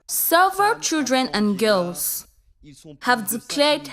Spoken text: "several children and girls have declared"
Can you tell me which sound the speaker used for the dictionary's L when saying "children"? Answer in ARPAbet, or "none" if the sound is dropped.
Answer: L